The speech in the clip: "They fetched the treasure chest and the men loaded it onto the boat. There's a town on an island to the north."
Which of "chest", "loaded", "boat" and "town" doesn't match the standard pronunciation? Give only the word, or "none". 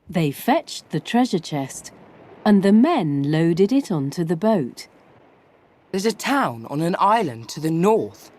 none